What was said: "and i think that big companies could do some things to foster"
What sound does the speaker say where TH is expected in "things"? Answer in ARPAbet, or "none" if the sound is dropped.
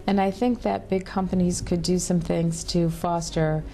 TH